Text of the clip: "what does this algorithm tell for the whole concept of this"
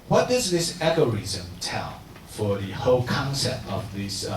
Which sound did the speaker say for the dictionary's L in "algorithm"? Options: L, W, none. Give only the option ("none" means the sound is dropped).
none